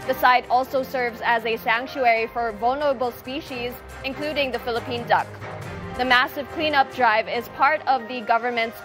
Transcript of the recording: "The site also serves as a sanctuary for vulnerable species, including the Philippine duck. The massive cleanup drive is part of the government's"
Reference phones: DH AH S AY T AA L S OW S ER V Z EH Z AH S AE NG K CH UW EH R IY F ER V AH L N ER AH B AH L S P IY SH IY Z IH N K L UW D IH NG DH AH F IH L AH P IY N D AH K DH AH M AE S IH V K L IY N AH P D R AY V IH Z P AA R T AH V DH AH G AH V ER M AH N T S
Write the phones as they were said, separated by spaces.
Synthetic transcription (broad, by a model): DH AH S AY T AA L S OW S ER V Z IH Z AH S AE NG K CH UW EH R IY F ER V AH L N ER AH B L S P IY SH IY Z IH N K L UW D IH NG DH AH F IH L AH P IY N D AH K DH AH M AE S IH V K L IY N AH P D R AY V IH Z P AA R T AH V DH AH G AH V ER M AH N T S